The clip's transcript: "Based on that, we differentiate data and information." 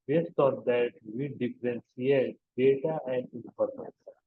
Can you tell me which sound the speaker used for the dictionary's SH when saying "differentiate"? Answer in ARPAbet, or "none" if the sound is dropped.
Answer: S